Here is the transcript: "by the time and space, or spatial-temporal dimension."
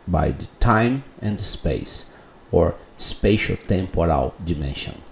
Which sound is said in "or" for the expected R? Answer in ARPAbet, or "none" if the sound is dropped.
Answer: R